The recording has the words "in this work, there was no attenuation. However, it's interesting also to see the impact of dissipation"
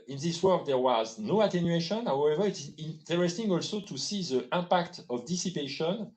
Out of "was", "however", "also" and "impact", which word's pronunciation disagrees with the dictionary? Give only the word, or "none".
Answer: impact